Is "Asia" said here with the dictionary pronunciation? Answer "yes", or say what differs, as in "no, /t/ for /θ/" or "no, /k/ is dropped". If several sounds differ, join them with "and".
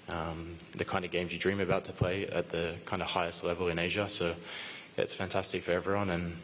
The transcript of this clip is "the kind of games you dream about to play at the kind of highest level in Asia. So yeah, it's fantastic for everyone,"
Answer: yes